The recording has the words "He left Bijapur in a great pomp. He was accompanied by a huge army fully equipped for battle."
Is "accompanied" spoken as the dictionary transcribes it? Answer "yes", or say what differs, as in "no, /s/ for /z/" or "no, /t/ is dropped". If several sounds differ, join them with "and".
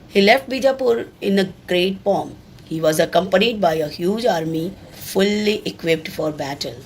yes